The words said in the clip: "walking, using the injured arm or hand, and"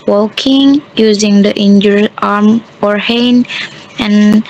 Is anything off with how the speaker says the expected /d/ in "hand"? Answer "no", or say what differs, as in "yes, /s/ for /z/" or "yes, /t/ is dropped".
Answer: yes, /d/ is dropped